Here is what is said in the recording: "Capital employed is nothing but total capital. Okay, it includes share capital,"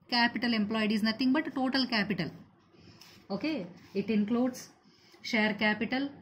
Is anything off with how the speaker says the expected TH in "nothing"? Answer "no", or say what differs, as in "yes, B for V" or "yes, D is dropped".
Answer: yes, T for TH